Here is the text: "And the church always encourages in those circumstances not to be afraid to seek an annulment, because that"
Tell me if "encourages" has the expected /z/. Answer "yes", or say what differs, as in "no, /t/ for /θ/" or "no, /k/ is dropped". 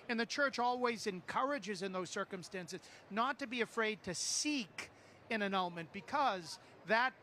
yes